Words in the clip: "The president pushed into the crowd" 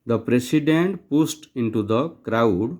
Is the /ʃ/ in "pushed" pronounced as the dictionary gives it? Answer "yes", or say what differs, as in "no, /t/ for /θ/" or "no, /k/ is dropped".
no, /s/ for /ʃ/